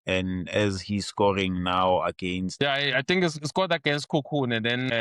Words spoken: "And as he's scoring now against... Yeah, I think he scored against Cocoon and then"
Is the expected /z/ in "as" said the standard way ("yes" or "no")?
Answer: yes